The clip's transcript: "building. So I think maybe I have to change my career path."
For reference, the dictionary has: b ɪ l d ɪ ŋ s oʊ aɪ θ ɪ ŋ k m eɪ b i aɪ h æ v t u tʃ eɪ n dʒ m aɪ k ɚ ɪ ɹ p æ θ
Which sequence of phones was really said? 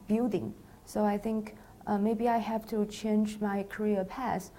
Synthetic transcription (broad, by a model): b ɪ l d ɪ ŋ s oʊ aɪ θ ɪ ŋ k m eɪ b i aɪ h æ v t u tʃ eɪ n dʒ m aɪ k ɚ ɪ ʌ p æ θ